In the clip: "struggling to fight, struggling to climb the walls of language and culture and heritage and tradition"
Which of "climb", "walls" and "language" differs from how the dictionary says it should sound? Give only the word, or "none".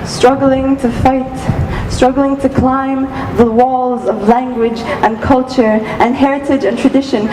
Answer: none